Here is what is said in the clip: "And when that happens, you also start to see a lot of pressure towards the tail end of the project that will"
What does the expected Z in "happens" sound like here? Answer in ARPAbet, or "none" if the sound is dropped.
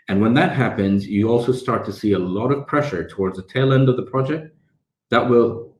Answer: Z